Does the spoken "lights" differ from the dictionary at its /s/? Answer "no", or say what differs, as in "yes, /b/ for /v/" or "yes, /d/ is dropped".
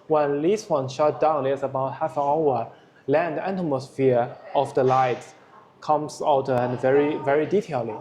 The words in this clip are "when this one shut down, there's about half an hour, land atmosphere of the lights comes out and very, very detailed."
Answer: yes, /s/ is dropped